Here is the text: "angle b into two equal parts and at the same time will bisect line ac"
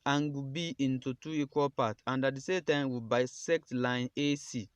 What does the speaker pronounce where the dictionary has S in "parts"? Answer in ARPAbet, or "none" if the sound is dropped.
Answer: none